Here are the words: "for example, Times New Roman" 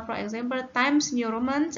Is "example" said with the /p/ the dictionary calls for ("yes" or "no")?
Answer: no